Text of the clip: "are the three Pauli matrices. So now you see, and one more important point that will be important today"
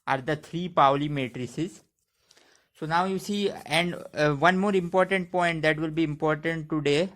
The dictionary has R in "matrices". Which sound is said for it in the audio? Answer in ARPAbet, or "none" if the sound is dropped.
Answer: R